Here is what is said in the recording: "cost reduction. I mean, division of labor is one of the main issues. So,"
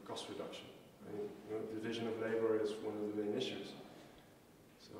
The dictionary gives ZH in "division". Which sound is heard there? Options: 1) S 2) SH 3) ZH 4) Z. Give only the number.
3